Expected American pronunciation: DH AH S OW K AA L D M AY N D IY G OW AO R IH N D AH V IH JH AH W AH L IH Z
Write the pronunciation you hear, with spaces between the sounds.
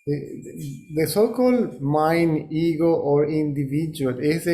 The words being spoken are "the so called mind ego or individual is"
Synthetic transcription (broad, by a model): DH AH S OW K AA L D M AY N IY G OW AO R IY N D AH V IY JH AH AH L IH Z